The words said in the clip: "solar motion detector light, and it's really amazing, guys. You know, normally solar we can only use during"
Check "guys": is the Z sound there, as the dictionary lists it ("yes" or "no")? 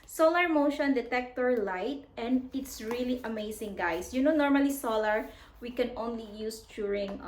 no